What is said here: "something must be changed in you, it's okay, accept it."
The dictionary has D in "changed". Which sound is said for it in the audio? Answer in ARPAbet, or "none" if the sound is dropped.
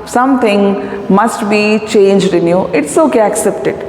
D